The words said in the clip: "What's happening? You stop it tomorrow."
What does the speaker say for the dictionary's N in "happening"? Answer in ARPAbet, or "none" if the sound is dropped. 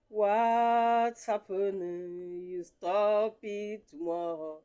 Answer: none